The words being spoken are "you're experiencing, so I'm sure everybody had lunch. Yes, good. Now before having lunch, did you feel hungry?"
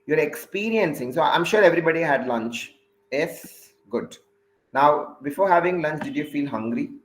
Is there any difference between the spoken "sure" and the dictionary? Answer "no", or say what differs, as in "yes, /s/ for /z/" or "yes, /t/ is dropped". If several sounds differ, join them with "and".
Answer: no